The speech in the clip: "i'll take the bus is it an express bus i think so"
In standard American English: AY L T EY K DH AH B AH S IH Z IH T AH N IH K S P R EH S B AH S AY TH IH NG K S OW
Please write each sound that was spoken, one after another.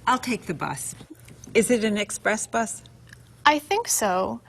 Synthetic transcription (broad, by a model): AY L T EY K DH AH B AH S IH Z IH T AH N IH K S P R EH S B AH S AY TH IH NG K S OW